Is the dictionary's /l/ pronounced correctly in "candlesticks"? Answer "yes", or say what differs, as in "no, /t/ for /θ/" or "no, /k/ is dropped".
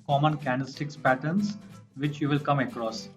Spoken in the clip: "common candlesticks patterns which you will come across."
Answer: no, /l/ is dropped